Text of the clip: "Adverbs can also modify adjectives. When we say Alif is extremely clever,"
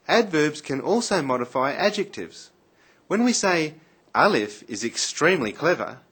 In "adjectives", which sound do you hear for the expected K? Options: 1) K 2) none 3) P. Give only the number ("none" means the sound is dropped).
1